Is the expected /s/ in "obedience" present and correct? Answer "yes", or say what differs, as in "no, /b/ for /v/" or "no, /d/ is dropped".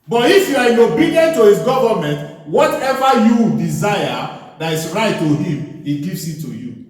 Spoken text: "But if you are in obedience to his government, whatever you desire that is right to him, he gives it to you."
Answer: no, /s/ is dropped